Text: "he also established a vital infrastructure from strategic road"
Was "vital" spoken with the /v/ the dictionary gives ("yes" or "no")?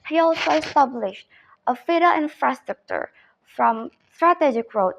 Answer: no